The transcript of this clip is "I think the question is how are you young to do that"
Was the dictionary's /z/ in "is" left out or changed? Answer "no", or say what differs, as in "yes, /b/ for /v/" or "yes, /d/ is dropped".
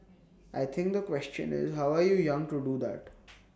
no